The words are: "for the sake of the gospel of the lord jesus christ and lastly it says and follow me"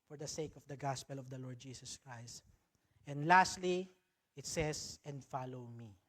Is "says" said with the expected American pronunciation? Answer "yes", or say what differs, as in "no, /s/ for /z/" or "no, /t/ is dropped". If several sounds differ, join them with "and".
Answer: no, /s/ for /z/